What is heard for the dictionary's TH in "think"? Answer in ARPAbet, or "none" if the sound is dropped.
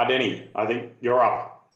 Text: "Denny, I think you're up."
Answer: TH